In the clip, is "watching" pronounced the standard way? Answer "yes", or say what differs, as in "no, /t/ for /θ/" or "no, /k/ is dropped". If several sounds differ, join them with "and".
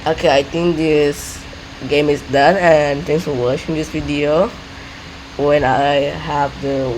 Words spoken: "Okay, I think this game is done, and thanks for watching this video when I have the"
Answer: no, /ʃ/ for /tʃ/